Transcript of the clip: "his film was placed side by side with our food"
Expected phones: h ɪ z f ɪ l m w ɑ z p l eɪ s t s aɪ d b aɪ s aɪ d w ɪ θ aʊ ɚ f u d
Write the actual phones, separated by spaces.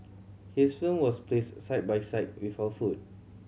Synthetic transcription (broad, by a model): h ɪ s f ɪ m w ɑ s p l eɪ s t s aɪ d b aɪ s aɪ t w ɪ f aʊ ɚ f u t